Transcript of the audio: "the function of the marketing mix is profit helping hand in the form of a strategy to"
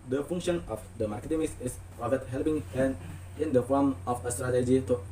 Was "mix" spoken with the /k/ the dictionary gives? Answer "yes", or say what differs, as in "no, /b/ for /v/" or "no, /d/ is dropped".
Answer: no, /k/ is dropped